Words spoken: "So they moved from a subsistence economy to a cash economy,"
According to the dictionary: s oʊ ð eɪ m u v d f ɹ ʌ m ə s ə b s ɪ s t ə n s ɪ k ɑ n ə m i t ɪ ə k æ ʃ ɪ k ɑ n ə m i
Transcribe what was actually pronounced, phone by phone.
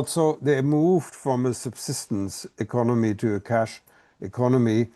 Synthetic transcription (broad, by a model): s oʊ ð eɪ m u v d f ɹ ʌ m ə s ə b s ɪ s t ə n s ɪ k ɑ n ə m i t ɪ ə k æ ʃ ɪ k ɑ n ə m i